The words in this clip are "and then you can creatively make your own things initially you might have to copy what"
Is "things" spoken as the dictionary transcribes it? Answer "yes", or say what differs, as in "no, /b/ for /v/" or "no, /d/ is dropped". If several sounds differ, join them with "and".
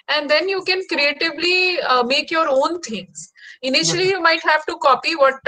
no, /t/ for /θ/